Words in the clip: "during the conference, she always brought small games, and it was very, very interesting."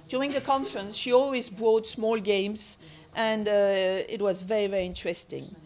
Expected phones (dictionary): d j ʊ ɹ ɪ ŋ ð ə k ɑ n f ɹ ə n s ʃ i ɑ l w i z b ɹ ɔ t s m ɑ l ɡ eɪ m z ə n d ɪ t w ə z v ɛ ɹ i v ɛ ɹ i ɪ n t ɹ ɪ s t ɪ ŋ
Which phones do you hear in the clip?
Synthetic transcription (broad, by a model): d j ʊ ɹ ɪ ŋ ð ə k ɑ n f ɹ ə n s ʃ i ɑ l w i z b ɹ ɔ t s m ɑ l ɡ eɪ m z ə n d ɪ t w ə z v ɛ ɹ i v ɛ ɹ i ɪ n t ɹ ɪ s t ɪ ŋ